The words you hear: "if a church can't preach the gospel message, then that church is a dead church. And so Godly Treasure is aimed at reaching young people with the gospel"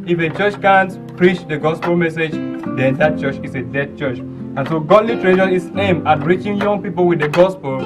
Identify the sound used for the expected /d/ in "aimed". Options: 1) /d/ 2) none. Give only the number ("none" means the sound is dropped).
2